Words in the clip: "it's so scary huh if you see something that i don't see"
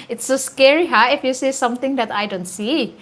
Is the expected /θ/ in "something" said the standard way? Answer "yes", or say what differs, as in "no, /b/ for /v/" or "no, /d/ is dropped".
no, /t/ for /θ/